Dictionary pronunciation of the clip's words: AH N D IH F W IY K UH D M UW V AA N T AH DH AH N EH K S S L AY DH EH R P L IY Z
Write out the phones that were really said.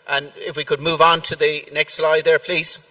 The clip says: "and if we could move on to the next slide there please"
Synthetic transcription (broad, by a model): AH N IH F W IY K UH D M UW V N T AH DH AH N EH K S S L AY DH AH R P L IY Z